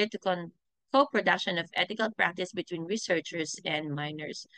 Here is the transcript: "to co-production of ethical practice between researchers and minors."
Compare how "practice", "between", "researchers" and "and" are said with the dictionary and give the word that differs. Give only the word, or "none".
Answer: researchers